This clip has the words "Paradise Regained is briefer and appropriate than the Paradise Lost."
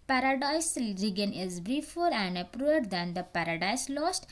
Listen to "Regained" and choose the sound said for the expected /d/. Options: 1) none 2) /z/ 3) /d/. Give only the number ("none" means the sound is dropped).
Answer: 1